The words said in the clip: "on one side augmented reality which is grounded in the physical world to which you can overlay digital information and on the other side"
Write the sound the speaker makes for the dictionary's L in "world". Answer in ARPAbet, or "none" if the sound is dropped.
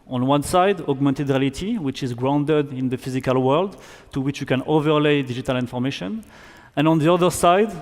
L